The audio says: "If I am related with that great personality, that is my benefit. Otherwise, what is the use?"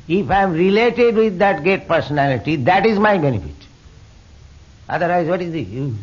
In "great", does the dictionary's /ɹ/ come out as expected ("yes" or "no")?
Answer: no